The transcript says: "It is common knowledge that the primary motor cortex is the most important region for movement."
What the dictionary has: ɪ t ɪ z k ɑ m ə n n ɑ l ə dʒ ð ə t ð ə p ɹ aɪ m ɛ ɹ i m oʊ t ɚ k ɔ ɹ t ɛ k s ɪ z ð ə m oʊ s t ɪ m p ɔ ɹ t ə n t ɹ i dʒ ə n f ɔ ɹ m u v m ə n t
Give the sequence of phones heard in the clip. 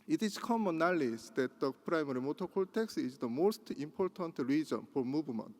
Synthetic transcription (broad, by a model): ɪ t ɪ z k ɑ m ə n n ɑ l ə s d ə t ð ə p ɹ aɪ m ɛ ɹ i m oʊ t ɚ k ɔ l t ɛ k s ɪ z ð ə m oʊ s t ɪ m p ɔ ɹ t ə n t ɹ i dʒ ə n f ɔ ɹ m u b m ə n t